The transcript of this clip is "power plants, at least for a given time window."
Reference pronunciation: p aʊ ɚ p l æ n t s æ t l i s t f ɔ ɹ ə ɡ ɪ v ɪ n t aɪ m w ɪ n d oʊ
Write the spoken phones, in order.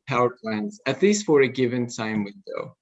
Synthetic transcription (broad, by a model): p aʊ ɚ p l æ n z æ t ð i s f ɔ ɹ ə ɡ ɪ v ɪ n s aɪ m w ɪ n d oʊ